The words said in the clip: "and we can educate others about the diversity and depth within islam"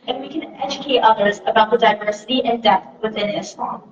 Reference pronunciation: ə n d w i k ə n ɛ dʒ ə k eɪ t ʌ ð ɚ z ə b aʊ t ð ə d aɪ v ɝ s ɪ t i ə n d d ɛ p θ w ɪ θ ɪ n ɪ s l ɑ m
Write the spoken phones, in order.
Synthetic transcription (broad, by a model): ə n w i k ə n ɛ dʒ ə k eɪ t ʌ ð ɚ z ə b aʊ t ð ə d aɪ v ɝ s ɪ t i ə n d d ɛ θ w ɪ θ ɪ n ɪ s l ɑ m